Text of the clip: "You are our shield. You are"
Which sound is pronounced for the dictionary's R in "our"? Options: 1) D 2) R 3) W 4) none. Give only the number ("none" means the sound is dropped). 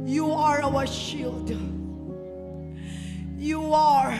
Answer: 3